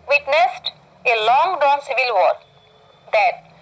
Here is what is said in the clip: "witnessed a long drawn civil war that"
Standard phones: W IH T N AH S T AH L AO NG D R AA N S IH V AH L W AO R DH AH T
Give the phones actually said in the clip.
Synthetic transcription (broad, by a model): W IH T N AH S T AH L AO NG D AA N S IH V AH L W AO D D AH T